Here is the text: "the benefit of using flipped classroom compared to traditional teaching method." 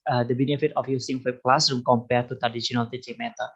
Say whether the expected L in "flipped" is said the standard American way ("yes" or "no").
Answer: no